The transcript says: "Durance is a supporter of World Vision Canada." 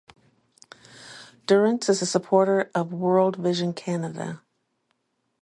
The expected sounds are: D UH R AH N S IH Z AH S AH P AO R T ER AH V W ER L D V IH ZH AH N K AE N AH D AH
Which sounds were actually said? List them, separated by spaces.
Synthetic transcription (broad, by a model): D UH R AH N S IH Z AH S AH P AO R T ER AH V W ER L D V IH ZH AH N K AE N AH D AH